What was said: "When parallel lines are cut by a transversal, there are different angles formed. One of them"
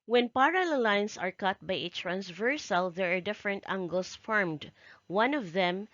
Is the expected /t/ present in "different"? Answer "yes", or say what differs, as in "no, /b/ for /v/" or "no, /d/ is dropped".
yes